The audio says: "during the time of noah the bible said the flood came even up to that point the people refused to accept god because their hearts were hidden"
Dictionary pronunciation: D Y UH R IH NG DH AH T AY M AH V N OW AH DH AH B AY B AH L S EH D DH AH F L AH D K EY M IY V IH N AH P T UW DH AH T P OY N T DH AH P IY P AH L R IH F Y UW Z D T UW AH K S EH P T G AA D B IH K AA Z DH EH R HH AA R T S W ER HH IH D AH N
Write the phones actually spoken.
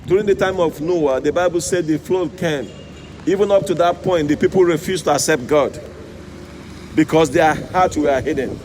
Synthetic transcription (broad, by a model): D Y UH R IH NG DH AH T AY M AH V N OW AH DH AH B AY B AH L S EH D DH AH F L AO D K EY M IY V IH N AH P T UW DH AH T P OY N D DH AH P IY P AH L R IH F Y UW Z T UW AH K S EH P T G AA D B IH K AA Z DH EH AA HH AA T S W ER HH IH D N